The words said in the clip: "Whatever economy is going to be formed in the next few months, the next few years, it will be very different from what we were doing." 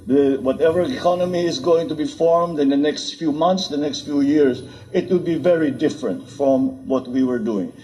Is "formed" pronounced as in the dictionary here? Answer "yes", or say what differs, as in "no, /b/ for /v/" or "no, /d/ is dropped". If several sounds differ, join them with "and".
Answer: yes